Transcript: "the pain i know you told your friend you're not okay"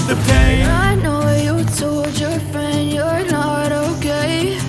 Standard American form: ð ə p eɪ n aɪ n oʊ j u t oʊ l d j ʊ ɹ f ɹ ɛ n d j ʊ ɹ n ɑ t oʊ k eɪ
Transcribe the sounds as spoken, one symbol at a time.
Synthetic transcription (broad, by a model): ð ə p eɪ aɪ n oʊ j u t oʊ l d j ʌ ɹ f ɹ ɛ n j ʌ ɹ n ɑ t oʊ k eɪ